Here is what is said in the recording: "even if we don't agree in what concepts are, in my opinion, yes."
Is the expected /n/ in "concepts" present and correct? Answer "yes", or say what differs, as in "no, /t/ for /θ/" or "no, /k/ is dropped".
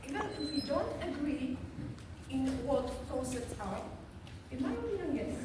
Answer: no, /n/ is dropped